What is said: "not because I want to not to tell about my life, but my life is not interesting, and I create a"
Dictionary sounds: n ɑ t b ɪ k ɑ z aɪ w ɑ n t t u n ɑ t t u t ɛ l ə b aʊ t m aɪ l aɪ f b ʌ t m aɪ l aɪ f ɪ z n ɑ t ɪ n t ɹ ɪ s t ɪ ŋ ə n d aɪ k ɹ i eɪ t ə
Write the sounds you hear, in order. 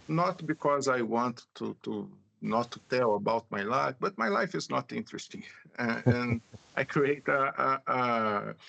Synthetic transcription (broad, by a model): n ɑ t b ɪ k ɑ z aɪ w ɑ n t t u n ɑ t t u t ɛ l ə b aʊ t m aɪ l aɪ f b ʌ t m aɪ l aɪ f ɪ z n ɑ t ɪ n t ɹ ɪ s t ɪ ŋ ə n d aɪ k ɹ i eɪ t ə